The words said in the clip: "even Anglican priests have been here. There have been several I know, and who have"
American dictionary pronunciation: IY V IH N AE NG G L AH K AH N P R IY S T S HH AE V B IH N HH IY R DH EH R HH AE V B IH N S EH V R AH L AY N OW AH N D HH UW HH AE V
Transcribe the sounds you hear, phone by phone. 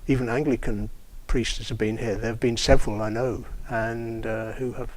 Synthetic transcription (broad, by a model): IY V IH N AE NG G L AH K AH N P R IY S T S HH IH V B IH N HH IY R DH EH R V B IH N S EH V R AH L AY N OW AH N HH UW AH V